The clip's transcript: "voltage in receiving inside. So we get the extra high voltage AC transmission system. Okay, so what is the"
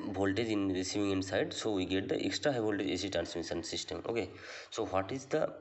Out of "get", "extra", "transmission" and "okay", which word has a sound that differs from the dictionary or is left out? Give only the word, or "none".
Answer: transmission